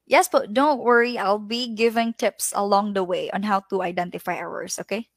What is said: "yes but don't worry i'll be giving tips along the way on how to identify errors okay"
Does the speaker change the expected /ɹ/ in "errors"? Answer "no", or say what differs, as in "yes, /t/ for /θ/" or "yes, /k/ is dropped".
yes, /w/ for /ɹ/